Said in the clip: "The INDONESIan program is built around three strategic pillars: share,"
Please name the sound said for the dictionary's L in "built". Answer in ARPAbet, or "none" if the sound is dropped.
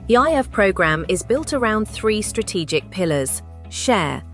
L